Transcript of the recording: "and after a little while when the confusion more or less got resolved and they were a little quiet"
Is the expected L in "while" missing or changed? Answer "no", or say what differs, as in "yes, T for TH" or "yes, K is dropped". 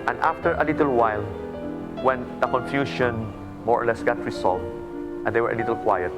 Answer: no